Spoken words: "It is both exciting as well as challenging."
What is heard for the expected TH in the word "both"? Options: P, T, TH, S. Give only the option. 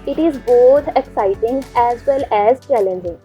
T